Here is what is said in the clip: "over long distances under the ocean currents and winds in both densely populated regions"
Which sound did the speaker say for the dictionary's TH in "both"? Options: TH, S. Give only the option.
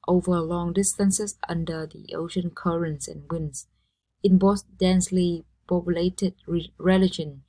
S